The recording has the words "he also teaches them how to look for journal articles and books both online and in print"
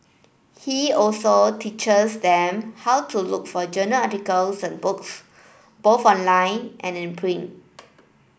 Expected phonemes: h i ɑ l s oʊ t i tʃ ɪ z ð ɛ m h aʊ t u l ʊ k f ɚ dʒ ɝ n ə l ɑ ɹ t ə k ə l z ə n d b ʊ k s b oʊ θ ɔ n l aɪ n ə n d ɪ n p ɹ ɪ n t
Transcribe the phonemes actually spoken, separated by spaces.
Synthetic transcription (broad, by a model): h i ɑ l s oʊ t i tʃ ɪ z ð ɛ m h aʊ t u l ʊ k f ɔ dʒ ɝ n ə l ɑ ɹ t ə k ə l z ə n b ʊ k s b oʊ θ ɔ n l aɪ n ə n ɪ n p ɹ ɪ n